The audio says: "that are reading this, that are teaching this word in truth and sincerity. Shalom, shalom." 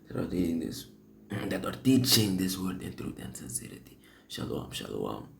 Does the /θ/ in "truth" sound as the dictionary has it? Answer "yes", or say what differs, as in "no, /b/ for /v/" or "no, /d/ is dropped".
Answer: no, /t/ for /θ/